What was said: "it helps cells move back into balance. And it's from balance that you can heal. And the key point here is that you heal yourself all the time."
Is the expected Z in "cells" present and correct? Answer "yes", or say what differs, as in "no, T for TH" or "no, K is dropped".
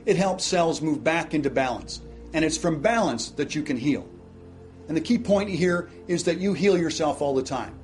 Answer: yes